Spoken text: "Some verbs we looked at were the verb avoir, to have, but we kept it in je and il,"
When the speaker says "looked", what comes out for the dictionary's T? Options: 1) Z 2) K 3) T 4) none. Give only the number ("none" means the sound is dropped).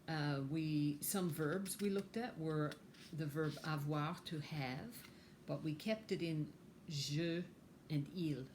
3